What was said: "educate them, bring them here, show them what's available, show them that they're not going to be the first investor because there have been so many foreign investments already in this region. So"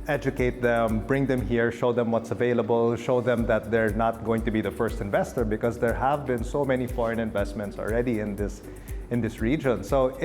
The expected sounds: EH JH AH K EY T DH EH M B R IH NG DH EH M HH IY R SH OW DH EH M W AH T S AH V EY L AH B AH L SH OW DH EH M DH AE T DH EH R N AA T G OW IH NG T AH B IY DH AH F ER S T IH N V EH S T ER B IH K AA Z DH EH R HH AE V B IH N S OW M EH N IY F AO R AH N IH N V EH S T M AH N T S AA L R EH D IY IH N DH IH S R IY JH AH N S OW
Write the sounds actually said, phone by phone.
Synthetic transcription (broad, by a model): EH JH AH K EY T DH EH M B R IH NG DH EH M HH IY R SH OW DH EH M W AH T S AH V EY L AH B AH L SH OW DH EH M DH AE T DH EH R N AA T G OW IH NG T AH B IY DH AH F ER S T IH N V EH S T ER B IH K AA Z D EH R HH AE V B IH N S OW M EH N IY F AO R AH N IH N V EH S T M AH N T S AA L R EH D IY IH N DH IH S R IY JH AH N S OW